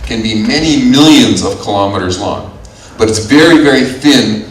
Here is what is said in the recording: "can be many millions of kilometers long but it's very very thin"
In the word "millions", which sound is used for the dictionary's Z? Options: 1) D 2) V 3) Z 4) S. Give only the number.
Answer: 3